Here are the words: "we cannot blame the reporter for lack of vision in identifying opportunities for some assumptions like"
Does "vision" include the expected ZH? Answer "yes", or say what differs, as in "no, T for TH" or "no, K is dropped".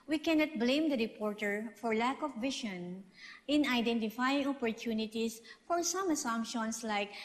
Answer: no, SH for ZH